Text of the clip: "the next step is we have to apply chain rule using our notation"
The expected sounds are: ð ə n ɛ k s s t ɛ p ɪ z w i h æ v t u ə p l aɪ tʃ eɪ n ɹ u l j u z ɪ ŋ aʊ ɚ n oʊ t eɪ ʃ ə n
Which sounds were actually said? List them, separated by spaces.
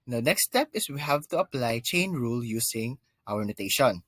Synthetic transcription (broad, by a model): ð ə n ɛ k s s t ɛ p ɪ s w i h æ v t u ə p l aɪ tʃ eɪ n ɹ u l j u s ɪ ŋ aʊ ɚ n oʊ t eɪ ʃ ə n